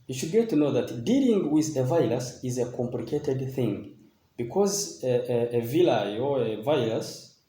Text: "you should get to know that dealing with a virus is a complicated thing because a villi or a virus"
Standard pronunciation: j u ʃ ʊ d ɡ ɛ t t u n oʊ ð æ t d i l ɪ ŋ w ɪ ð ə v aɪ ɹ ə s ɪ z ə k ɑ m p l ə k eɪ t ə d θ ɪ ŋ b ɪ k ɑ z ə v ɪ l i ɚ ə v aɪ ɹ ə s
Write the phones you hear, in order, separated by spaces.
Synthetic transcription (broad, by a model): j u ʃ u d ɡ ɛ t t u n oʊ ð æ t d i l ɪ ŋ w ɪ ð ə v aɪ l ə s ɪ z ə k ɑ m p l ə k eɪ t ə d θ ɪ ŋ b ɪ k ɑ z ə v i l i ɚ ə v aɪ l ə s